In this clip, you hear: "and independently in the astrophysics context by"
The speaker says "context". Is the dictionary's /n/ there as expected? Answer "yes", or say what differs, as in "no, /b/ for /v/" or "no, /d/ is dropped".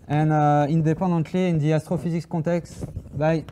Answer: no, /n/ is dropped